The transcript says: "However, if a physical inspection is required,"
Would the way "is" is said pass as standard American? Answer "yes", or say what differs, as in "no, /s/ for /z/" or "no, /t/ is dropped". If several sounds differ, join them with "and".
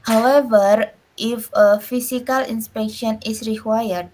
no, /s/ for /z/